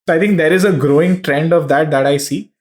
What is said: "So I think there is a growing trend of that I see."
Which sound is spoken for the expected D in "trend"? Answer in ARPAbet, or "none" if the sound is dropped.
D